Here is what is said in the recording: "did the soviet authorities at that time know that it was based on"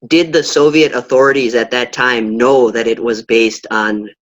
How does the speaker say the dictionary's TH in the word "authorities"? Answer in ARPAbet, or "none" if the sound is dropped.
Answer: TH